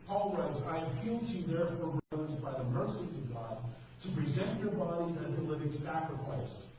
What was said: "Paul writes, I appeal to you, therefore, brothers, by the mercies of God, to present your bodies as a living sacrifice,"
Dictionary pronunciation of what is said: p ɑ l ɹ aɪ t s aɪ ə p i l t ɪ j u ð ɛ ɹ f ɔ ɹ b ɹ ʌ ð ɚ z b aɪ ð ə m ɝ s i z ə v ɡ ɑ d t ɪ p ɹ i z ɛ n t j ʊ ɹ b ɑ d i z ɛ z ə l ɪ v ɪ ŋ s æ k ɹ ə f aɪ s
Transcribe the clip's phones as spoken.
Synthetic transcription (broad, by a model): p ɑ l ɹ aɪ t aɪ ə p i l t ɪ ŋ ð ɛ ɹ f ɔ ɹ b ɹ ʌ ɚ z b aɪ ð ə m ɝ s i ə v ɡ ɑ d t ɪ p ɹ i z ɛ n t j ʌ ɹ b ɑ d i z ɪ z ə l ɪ v ɪ ŋ s æ k ɹ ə f aɪ s